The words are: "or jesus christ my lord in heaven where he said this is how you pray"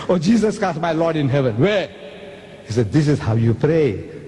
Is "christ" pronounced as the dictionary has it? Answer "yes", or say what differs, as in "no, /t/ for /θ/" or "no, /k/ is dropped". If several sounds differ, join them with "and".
no, /ɹ/ is dropped